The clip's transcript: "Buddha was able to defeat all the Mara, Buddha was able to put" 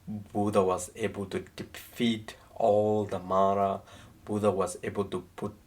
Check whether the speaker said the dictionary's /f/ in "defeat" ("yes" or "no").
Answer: yes